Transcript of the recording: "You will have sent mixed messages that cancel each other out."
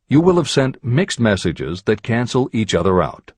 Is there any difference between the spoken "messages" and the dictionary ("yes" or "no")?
no